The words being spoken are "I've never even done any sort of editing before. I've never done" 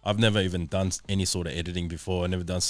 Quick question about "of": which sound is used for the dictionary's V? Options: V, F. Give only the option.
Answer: V